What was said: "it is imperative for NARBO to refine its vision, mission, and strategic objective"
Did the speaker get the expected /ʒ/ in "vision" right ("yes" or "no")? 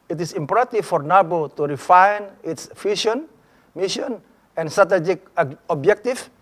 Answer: no